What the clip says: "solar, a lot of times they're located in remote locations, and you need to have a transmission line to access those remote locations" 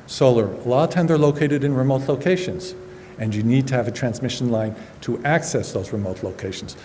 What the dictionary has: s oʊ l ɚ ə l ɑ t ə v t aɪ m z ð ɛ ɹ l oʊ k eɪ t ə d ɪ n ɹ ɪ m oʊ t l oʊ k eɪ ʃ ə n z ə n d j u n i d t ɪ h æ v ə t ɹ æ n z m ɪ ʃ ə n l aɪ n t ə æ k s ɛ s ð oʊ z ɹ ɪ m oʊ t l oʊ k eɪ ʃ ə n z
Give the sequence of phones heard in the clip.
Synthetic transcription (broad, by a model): s oʊ l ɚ l ɑ t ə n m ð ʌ ɹ l oʊ k eɪ t ə d ɪ n ɹ ɪ m oʊ t l oʊ k eɪ ʃ ə n z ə n j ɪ n i d t ɪ v ə t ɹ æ n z m ɪ ʃ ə n l aɪ n t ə æ k s ɛ s ð oʊ z ɹ ɪ m oʊ t l oʊ k eɪ ʃ n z